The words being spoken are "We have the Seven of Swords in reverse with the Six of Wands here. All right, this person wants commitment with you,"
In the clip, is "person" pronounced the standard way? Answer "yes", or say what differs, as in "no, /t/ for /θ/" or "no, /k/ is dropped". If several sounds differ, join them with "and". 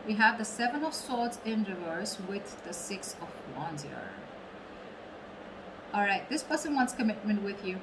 no, /b/ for /p/